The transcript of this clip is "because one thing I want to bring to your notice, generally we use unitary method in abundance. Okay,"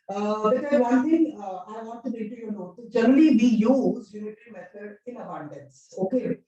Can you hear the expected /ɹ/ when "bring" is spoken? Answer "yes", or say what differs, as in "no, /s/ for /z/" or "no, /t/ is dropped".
no, /ɹ/ is dropped